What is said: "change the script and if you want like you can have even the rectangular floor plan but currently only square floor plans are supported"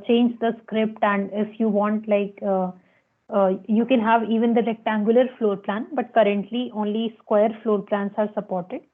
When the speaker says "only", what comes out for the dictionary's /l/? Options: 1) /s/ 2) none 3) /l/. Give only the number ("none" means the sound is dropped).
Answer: 3